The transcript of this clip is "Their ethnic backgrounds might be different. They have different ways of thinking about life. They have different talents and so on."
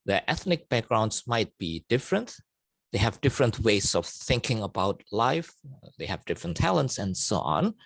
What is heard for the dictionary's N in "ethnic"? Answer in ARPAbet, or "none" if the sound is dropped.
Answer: N